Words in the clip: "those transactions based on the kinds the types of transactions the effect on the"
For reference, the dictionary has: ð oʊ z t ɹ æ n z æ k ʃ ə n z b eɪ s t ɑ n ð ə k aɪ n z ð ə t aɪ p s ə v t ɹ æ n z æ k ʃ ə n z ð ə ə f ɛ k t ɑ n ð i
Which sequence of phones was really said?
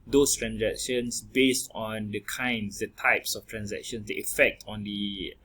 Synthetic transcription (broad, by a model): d oʊ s t ɹ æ n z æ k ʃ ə n s b eɪ s t ɑ n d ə k aɪ n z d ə t aɪ p s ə f t ɹ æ n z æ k ʃ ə n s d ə ə f ɛ k t ɑ n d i